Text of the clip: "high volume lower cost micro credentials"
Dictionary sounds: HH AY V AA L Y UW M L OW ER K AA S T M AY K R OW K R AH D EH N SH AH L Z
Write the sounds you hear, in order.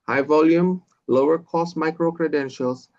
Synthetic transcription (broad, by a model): HH AY V AA L Y UW M L OW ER K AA S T M AY K R OW K R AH D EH N SH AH L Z